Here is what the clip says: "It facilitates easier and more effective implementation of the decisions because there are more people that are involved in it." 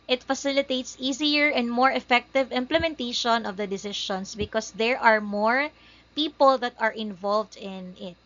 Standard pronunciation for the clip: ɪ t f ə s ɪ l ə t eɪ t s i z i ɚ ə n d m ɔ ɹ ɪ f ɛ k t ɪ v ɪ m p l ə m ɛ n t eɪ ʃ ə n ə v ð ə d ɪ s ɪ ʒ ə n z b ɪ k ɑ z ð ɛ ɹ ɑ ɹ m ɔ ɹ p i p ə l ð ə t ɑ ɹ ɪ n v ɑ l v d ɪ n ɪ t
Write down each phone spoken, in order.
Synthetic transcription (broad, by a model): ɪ t f ə s ɪ l ə t eɪ t s i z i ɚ ə n d m ɔ ɹ ɪ f ɛ k t ɪ v ɪ m p l ə m ɛ n t eɪ ʃ ə n ə v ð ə d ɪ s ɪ ʃ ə n s b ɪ k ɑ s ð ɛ ɹ ɑ ɹ m ɔ ɹ p i p ə l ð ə t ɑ ɹ ɪ n v ɑ l v d ɪ n ɪ t